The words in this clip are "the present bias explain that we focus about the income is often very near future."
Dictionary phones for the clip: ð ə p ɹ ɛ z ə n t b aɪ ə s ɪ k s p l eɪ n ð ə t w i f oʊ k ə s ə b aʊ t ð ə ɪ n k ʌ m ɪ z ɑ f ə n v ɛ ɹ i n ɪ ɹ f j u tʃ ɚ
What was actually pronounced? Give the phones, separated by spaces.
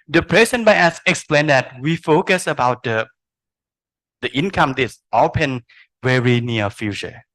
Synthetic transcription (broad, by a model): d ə p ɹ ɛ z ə n b aɪ ə s ɪ k s p l eɪ n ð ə t w i f oʊ k ə s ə b aʊ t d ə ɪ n k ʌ m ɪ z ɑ p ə n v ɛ ɹ i n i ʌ f j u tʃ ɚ